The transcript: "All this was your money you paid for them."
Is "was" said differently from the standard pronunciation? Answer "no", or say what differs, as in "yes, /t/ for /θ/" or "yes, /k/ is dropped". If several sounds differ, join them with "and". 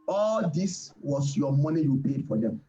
yes, /s/ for /z/